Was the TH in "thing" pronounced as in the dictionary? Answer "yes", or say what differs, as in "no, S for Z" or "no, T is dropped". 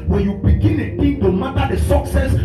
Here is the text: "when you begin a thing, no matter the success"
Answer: no, T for TH